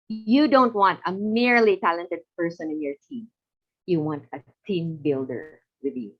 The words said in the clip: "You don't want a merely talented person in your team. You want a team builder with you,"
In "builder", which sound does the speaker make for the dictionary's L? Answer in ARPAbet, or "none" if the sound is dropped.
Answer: L